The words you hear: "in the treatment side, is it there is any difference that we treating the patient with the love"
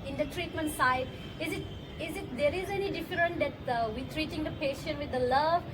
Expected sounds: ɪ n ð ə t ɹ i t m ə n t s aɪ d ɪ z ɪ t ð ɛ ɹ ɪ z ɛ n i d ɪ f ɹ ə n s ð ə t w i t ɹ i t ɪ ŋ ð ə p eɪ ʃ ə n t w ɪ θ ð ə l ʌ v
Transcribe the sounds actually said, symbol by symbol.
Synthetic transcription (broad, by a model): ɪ n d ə t ɹ i t m ə n t s aɪ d ɪ z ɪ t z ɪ ɹ ɪ z ɛ n i d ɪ f ɹ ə n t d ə t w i t ɹ i t ɪ ŋ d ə p eɪ ʃ ə n t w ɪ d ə l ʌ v